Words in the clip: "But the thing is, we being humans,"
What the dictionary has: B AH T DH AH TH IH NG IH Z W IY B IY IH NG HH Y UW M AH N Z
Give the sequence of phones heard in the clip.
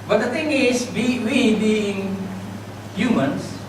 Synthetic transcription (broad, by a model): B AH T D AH T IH NG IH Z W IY B IY IH NG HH Y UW M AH N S